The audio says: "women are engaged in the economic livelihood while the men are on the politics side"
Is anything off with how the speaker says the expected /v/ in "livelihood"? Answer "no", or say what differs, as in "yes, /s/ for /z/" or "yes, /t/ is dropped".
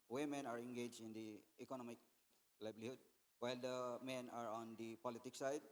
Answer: yes, /b/ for /v/